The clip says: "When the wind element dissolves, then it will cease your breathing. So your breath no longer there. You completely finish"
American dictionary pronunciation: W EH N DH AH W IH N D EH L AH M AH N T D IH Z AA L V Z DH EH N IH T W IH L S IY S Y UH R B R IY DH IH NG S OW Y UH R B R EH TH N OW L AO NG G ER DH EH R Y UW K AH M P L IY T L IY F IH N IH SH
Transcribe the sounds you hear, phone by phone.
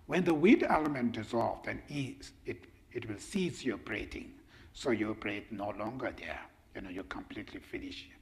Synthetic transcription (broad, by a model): W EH N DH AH W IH D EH L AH M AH N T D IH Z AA L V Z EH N IH T W IH L S IY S Y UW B R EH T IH NG S OW Y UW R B R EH T N OW L AO NG G ER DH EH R Y UW K AH M P L IY T L IY F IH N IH SH